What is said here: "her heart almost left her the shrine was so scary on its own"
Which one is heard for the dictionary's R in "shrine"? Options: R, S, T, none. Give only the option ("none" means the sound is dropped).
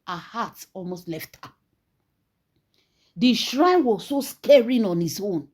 R